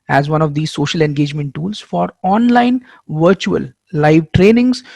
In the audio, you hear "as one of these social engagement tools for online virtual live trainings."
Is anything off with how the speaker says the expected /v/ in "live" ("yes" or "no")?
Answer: no